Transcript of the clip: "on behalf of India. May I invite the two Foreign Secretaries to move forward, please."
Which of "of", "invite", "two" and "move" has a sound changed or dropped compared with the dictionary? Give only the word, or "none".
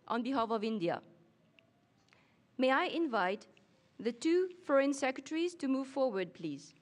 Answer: none